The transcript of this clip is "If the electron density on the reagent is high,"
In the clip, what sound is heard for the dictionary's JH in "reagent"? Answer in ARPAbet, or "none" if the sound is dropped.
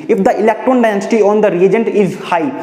JH